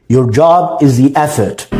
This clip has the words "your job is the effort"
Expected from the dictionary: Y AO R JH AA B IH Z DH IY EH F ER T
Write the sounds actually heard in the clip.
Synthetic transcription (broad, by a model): Y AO R JH AA B IH Z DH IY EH F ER T